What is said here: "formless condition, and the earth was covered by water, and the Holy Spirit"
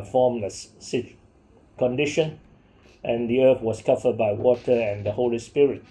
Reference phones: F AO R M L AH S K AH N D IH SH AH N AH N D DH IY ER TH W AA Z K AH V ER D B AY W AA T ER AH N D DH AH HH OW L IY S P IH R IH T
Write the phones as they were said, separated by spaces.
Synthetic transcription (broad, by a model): F AO M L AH S K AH N D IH SH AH N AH N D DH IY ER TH W AA S K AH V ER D B AY W AA T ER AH N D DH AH HH OW L IY S P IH R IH T